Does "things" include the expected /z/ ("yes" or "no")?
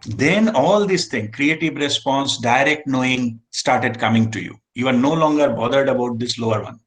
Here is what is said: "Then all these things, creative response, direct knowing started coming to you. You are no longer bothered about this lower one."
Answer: no